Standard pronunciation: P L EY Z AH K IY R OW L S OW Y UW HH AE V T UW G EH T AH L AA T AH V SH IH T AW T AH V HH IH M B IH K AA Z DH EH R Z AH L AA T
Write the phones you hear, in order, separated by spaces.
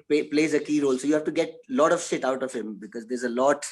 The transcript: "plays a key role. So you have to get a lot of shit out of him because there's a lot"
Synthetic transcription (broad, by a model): P L EY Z AH K IY R OW L S OW Y UW HH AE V T UW G EH T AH L AA T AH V SH IH T AW T AH V HH IH M B IH K AA Z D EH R Z AH L AA T